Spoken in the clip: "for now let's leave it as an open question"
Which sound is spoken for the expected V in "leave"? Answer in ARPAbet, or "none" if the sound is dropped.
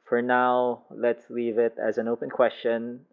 V